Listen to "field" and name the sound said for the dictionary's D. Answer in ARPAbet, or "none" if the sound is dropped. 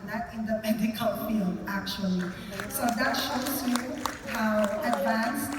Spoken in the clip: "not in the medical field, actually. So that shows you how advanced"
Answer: none